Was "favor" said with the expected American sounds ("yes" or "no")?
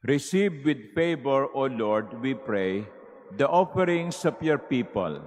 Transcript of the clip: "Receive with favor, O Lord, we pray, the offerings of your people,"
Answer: no